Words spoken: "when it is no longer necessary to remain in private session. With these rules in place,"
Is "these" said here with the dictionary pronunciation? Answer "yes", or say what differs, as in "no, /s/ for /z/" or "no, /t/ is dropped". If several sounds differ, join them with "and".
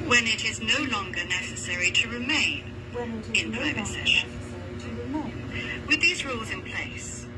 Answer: yes